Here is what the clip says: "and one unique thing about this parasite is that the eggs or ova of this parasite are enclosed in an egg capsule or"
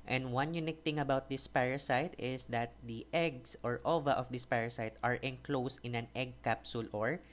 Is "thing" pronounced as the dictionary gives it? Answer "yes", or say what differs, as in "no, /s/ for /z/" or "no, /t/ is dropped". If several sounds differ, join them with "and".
no, /t/ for /θ/